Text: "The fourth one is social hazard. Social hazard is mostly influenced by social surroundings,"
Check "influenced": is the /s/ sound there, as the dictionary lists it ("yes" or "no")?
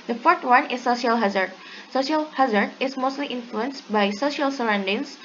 yes